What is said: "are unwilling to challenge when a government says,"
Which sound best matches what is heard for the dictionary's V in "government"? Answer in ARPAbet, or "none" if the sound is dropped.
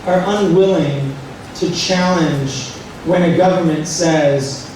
V